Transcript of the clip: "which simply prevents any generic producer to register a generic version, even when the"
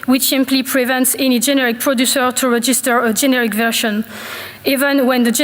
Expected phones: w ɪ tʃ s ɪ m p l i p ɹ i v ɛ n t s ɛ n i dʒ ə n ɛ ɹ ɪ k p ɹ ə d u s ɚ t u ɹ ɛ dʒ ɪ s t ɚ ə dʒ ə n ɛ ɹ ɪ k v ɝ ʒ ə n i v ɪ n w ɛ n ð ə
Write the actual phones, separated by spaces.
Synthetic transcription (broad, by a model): w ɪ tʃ s ɪ m p l i p ɹ i v ɛ n t s ɛ n i dʒ ə n ɛ ɹ ɪ k p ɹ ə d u s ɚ t u ɹ ɛ dʒ ɪ s t ɚ ə dʒ ə n ɛ ɹ ɪ k v ɝ ʃ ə n i v ɪ n w ɛ n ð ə